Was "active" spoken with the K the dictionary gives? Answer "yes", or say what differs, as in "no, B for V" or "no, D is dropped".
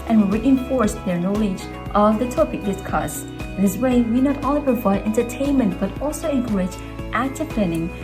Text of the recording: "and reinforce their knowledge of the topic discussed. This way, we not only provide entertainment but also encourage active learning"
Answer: no, K is dropped